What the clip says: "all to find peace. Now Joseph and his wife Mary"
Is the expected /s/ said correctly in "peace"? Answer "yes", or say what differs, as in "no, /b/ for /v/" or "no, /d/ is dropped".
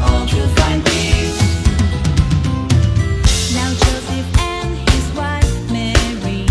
no, /s/ is dropped